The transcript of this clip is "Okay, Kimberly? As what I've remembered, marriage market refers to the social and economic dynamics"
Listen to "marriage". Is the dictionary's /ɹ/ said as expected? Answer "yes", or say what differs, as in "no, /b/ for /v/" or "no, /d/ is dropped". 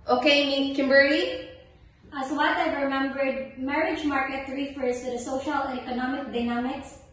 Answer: yes